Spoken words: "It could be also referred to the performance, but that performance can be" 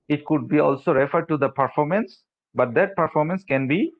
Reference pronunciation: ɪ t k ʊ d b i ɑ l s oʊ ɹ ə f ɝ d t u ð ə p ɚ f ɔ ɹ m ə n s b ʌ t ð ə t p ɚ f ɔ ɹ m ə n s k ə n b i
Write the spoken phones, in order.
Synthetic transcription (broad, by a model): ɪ t k ʊ d b i ɑ l s oʊ ɹ ə f ɝ d t u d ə p ɚ f ɔ ɹ m ə n s b ʌ t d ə t p ɚ f ɔ ɹ m ə n s k ə n b i